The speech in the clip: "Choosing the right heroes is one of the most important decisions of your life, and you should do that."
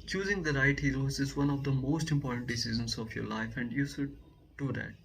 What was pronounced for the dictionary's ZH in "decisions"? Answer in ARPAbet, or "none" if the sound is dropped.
Z